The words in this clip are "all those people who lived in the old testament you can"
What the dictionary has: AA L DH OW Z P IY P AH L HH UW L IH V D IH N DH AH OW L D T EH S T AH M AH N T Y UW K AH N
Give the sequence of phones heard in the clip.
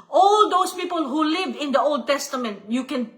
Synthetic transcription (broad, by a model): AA L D OW S P IY P AH L HH UW L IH V IH N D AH OW L D T EH S T AH M AH N T Y UW K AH N